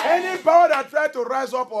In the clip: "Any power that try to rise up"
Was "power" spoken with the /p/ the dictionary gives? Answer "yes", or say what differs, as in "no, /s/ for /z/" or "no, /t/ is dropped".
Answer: no, /b/ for /p/